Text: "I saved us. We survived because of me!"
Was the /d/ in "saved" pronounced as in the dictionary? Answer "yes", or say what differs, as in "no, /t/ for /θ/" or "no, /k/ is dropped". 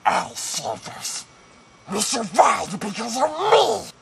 no, /d/ is dropped